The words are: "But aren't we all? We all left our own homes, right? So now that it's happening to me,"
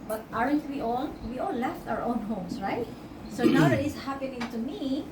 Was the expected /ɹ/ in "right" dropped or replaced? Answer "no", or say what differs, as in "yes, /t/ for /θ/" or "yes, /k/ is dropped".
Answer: no